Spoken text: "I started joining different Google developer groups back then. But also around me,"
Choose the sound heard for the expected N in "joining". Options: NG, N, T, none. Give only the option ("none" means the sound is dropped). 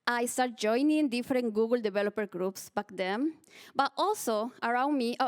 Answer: N